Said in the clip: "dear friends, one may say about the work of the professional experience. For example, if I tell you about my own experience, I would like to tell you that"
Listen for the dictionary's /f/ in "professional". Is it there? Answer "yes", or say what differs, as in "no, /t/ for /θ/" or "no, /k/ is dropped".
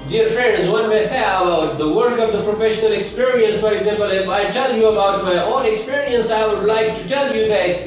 yes